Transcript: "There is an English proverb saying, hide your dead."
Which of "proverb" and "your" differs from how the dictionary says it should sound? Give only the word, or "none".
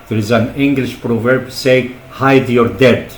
none